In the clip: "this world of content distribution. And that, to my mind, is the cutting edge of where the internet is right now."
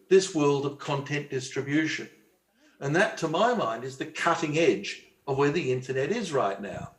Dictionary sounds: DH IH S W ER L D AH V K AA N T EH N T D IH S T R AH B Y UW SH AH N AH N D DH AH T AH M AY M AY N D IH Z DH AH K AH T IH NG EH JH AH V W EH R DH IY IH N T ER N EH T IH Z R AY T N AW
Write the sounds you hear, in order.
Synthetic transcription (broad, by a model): DH IH S W ER L D AH V K AA N T EH N D IH S T R AH B Y UW SH AH N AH N DH AH T AH M AY M AY N D IH Z DH AH K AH T IH NG EH JH AH V W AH R DH IY IH N T ER N EH T IH Z R AY T N AW